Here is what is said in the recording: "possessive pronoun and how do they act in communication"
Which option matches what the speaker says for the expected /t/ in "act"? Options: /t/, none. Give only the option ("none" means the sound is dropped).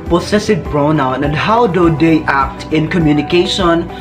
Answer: /t/